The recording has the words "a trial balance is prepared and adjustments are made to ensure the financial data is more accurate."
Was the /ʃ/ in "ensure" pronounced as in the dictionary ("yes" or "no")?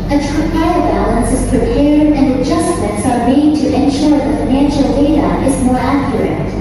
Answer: yes